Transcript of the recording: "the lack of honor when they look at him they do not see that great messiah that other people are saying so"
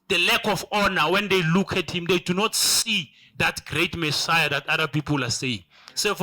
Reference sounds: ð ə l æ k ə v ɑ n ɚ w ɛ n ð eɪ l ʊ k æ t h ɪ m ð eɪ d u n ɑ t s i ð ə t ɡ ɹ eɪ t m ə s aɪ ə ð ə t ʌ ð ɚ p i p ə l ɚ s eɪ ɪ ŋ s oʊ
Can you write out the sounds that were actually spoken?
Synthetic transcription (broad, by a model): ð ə l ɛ k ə f ɑ n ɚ w ɛ n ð eɪ l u k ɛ t h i m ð eɪ d u n ɑ t s i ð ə t ɡ ɹ eɪ t m ə s aɪ ə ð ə t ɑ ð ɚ p i p ə l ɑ s eɪ ɪ ŋ s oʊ